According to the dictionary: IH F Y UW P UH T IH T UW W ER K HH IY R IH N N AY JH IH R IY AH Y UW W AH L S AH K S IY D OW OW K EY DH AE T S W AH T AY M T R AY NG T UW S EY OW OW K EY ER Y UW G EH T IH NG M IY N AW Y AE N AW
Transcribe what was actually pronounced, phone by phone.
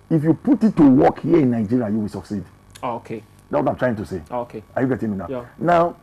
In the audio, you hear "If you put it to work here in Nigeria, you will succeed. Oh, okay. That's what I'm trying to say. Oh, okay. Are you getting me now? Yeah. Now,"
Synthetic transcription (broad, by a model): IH F Y UW P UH T IH T UW W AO K HH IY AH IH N N AY JH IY R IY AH Y UW W AH L S AH K S IY D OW OW K EY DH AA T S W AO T AY M T R AY NG T UW S EY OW OW K EY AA Y UW G EH T IH NG M IY N AW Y N AW